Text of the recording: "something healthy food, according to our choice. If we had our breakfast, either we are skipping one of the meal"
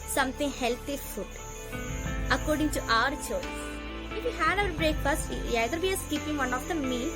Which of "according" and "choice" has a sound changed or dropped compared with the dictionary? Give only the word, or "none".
choice